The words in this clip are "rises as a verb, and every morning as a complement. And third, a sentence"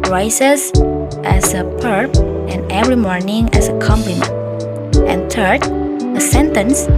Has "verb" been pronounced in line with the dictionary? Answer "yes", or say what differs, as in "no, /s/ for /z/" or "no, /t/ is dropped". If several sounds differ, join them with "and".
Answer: no, /p/ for /v/